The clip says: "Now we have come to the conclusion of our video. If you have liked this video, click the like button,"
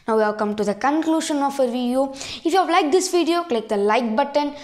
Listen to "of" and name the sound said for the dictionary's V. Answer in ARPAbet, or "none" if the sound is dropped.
F